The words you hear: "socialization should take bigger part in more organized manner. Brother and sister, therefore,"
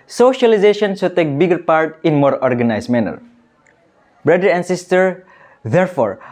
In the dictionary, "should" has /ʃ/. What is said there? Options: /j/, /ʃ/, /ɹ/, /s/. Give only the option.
/s/